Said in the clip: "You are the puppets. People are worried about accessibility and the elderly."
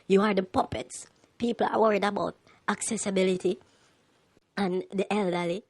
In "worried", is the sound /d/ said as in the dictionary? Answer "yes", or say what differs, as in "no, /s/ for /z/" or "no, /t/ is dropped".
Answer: yes